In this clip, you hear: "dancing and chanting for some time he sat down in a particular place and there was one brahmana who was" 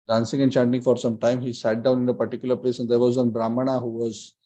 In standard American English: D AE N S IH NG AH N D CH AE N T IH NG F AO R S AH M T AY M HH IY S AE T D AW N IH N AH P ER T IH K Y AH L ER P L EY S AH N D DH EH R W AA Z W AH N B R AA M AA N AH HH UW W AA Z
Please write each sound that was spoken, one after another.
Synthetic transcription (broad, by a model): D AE N S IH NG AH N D CH AE N T IH NG F AO R S AH M T AY M HH IY S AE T D AW N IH N AH P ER T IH K Y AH L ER P L EY S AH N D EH R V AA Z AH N B R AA M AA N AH HH UW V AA Z